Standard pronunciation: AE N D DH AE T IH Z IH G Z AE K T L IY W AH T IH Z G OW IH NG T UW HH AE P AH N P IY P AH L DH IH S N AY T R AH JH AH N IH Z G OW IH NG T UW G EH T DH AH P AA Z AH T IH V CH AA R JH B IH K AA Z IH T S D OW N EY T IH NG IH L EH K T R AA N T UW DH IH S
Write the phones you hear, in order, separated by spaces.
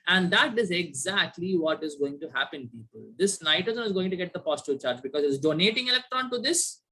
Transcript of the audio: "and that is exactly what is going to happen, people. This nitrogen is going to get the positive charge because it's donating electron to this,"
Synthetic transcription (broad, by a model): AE N D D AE T IH Z IH G Z AE K T L IY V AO T IH Z G OW IH NG T UW HH AE P AH N P IY P AH L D IH S N AY T AH Z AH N IH Z G OW IH NG T UW G EH T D AH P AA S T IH CH AA R JH B IH K AA Z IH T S D OW N EY T IH NG IH L EH K T R AA N T UW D IH S